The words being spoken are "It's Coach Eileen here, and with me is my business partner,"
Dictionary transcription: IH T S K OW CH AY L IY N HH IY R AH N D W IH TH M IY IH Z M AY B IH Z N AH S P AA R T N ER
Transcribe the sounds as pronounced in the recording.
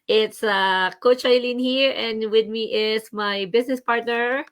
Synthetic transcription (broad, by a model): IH T S K OW CH AY L IY N HH IY R AH N D W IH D M IY IH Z M AY B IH S N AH S P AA R T N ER